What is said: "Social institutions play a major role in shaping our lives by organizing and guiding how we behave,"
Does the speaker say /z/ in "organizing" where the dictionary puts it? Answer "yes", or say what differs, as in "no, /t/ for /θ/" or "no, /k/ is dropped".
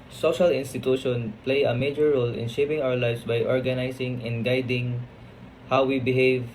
no, /s/ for /z/